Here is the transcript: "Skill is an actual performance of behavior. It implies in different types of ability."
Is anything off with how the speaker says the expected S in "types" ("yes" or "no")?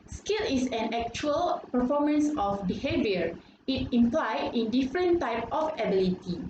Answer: yes